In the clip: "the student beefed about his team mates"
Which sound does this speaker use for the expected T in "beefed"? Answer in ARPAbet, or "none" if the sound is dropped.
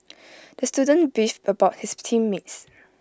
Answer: none